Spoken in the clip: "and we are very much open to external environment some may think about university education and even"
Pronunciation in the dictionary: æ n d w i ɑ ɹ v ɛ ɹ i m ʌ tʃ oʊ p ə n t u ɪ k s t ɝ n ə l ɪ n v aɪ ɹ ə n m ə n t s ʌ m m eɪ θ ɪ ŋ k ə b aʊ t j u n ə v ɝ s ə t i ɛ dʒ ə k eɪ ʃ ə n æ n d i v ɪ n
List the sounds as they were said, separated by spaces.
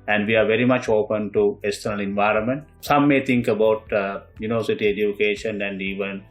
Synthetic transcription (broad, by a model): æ n d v i ɑ ɹ v ɛ ɹ i m ʌ tʃ oʊ p ə n t u ɪ k s t ɝ n ə l ɪ n v aɪ ɹ ə n m ə n t s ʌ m m eɪ t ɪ ŋ k ə b aʊ t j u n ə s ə t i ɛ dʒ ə k eɪ ʃ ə n æ n d i v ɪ n